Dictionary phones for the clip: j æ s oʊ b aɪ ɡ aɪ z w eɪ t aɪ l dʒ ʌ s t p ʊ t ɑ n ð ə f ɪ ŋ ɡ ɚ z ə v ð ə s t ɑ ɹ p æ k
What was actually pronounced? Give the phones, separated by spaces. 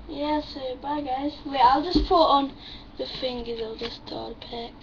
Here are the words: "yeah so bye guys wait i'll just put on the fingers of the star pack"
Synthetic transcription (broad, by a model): j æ s oʊ b aɪ ɡ aɪ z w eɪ aɪ l dʒ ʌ s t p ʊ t ɑ n ð ə f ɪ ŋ ɡ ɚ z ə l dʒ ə s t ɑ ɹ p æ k